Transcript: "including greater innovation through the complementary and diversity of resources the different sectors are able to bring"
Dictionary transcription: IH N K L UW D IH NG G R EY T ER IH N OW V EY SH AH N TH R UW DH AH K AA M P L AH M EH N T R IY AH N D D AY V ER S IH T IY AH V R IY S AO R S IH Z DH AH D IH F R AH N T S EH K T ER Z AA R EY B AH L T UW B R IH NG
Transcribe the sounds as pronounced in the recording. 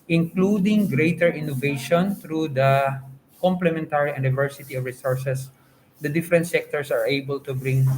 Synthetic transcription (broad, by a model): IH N K L UW D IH NG G R EY T ER IH N OW V EY SH AH N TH R UW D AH K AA M P L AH M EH N T R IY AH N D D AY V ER S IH T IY AH V R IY S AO R S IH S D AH D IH F R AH N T S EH K T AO S AA R EY B AH L T UW B R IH NG